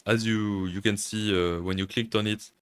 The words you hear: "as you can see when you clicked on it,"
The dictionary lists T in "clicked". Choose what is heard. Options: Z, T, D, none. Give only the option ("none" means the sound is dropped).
T